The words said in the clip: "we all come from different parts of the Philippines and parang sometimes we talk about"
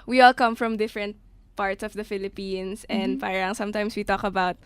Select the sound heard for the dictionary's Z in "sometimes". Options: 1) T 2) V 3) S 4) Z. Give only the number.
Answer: 3